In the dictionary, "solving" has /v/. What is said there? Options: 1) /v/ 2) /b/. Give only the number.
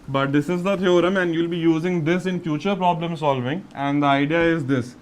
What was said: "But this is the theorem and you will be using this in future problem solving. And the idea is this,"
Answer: 1